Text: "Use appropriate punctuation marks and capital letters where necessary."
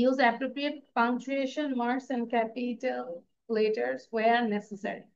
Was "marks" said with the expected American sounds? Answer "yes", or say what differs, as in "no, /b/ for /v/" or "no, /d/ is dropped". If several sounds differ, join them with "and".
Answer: no, /k/ is dropped